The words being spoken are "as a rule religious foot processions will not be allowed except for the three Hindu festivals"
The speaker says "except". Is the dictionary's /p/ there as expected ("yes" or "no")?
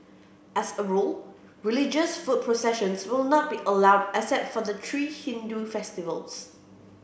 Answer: no